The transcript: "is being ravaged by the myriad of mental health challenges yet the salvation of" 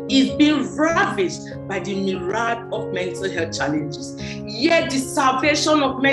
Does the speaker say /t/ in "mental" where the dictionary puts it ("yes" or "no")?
yes